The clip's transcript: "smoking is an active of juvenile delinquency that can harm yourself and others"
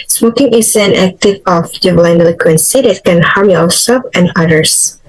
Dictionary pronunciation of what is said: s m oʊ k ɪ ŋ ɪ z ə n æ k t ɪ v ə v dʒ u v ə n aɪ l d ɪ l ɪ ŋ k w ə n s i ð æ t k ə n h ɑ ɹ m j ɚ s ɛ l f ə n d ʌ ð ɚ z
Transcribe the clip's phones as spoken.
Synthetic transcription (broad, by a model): s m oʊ k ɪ ŋ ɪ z ə n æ k t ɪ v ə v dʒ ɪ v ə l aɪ n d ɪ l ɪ k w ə n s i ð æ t k ə n h ɑ ɹ m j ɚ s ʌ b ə n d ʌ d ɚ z